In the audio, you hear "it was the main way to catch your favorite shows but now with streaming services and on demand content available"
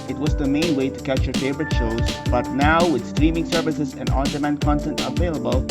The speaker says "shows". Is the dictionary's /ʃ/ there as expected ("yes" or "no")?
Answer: yes